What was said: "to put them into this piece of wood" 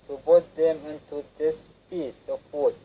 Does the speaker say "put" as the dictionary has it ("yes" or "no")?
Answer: no